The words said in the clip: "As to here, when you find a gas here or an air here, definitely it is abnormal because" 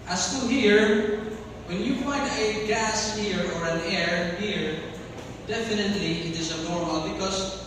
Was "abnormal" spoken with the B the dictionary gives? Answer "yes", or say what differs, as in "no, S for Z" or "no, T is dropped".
no, B is dropped